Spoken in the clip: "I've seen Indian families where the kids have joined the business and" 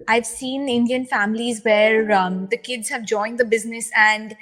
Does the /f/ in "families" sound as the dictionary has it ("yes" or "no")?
yes